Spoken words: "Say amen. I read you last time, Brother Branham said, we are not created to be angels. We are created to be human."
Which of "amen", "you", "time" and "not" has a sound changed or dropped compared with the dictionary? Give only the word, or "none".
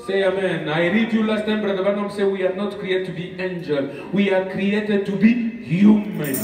none